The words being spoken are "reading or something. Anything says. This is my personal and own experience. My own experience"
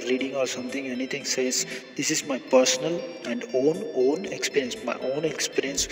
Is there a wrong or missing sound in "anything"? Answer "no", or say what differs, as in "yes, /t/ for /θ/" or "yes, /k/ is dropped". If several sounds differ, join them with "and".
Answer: yes, /t/ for /θ/